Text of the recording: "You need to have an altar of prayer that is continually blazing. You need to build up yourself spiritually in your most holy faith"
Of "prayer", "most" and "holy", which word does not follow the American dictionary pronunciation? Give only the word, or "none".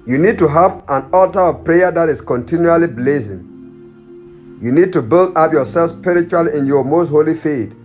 none